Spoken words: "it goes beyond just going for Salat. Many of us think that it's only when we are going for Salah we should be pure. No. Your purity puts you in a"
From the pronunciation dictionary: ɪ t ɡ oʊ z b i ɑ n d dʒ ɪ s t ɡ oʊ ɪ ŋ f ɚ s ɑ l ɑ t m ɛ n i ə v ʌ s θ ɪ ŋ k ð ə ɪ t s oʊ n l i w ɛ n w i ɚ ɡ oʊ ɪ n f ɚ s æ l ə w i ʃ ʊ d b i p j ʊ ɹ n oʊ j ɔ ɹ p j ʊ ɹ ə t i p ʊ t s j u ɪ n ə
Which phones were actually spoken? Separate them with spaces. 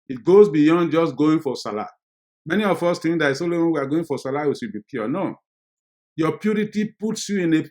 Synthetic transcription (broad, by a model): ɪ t ɡ oʊ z b i ɑ n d dʒ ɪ s ɡ oʊ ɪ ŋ f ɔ s ɑ l ɑ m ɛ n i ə f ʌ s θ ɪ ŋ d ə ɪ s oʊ l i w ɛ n w i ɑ ɡ oʊ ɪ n f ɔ s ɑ l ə w i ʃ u b i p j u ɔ n oʊ j ɔ p j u ɹ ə t i p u t s j u ɪ n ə